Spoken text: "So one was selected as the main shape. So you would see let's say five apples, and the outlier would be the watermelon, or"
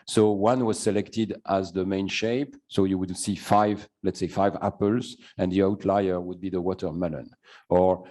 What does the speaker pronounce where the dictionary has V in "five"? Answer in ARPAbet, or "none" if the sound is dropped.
V